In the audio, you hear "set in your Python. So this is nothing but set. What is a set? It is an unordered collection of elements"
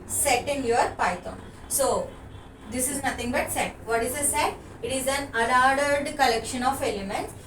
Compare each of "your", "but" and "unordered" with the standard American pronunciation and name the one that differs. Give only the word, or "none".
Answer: unordered